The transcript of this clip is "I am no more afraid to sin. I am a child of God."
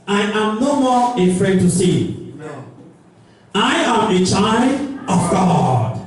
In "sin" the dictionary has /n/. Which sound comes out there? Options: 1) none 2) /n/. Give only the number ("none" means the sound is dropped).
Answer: 1